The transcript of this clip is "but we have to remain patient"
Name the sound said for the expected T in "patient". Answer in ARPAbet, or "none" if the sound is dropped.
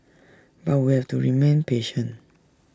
none